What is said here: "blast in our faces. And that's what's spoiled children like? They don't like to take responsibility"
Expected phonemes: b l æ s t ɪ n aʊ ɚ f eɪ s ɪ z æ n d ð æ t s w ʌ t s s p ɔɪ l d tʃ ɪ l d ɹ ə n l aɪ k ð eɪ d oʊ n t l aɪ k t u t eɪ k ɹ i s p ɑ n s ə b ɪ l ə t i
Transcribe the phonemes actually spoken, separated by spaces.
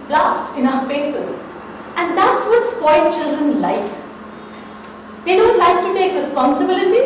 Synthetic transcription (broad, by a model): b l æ s t ɪ n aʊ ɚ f eɪ s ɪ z æ n d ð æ t s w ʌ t s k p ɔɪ d tʃ ɪ l d ɹ ə n l aɪ k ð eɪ d oʊ n t l aɪ k t u t eɪ k ɹ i s p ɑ n s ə b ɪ l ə t i